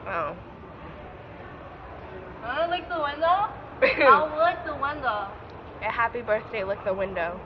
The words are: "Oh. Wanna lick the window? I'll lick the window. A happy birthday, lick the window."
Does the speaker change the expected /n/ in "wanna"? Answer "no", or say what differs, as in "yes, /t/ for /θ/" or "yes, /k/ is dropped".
yes, /l/ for /n/